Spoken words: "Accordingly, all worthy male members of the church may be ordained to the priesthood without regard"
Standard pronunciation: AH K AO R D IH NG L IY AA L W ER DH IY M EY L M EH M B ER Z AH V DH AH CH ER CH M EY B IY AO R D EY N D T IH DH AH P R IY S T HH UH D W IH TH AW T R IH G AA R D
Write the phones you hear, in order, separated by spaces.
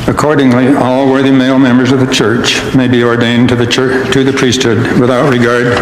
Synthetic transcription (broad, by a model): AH K AO R D IH NG L IY AA L W ER DH IY M EY L M EH M B ER Z AH V DH AH CH ER CH M EY B IY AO R D EY N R T IH DH AH P R IY S T HH UH D W IH TH AW T R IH G AA R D